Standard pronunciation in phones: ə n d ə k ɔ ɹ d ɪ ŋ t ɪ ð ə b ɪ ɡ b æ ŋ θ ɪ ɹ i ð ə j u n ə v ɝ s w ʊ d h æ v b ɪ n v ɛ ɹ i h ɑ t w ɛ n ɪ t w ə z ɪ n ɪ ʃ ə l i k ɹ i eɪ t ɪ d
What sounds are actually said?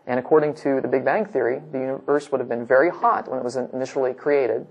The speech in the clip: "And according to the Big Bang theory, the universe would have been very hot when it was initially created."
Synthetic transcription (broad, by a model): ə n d ə k ɔ ɹ d ɪ ŋ t ɪ ð ə b ɪ ɡ b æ ŋ θ ɪ ɹ i ð ə j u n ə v ɝ s w ʊ d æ v b ɪ n v ɛ ɹ i h ɑ t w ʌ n ɪ t w ə z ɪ n ɪ ʃ l i k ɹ i eɪ t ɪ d